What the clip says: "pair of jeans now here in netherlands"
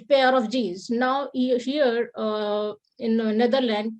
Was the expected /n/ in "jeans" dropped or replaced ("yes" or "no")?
yes